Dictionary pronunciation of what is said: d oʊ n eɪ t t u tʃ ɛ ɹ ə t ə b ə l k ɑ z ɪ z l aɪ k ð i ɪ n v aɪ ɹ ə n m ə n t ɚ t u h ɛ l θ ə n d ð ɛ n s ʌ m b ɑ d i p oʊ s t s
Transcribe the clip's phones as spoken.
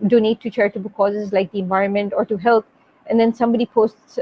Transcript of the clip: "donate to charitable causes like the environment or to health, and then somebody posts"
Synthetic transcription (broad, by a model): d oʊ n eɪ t t u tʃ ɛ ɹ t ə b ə k ɑ z ɪ z l aɪ k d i ɪ n v aɪ ɹ ə n m ə n t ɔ t u h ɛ l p ə n d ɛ n s ʌ m b ɑ d i p oʊ s t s